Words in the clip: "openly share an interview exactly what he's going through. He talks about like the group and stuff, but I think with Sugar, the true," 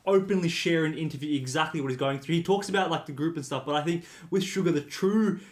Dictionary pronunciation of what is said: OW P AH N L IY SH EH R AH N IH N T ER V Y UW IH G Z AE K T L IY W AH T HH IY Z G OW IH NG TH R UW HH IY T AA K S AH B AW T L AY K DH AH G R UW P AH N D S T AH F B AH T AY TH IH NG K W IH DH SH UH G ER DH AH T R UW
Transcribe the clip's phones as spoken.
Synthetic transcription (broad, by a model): OW P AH N L IY SH EH R AH N IH N T ER V Y UW IH G Z AE K T L IY W AH T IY Z G OW IH NG TH R UW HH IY T AA K S AH B AW T L AY K DH AH G R UW P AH N S T AH F B AH T AY TH IH NG K W IH DH SH UH G ER DH AH T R UW